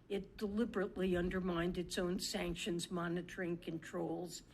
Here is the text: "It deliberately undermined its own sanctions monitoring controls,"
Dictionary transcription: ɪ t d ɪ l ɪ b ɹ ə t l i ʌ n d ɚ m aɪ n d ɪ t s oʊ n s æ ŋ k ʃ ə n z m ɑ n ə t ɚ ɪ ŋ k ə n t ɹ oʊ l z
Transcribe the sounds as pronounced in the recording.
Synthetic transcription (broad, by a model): ɪ t d ɪ l ɪ b ɹ ə t l i ʌ n d ɚ m aɪ n d ɪ t s oʊ n s æ ŋ k ʃ ə n z m ɑ n ə t ɚ ɪ ŋ k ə n t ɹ oʊ l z